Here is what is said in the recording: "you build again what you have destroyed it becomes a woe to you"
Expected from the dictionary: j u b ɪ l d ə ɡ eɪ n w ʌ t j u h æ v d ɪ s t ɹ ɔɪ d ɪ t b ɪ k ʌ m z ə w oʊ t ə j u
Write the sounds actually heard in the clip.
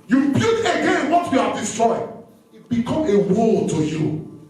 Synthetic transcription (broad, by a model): j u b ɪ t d ə ɡ eɪ n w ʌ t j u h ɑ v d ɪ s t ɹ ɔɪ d ɪ t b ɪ k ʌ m ə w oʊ t ə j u